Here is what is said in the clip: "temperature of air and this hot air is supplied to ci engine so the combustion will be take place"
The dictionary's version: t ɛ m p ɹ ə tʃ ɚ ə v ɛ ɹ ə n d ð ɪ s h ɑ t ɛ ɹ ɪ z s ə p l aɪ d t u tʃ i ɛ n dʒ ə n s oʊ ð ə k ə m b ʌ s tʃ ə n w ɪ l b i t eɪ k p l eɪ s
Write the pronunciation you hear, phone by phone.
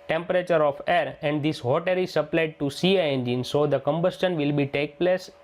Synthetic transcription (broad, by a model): t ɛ m p ɹ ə tʃ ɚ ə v ɛ ɹ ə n d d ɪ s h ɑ t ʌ ɹ ɪ z s ə p l aɪ d t u s i ɛ n dʒ ə n s oʊ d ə k ə m b ʌ s tʃ ə n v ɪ l b i t eɪ k p l eɪ s